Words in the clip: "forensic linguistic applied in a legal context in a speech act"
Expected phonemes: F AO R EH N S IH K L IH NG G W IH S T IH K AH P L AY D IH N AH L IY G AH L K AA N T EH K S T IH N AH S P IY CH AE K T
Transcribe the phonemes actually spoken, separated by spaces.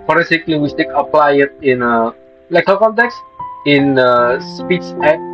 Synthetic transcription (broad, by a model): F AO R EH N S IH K L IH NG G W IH S T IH K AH P L AY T IH N AH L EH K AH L K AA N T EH K S IH N AH S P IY S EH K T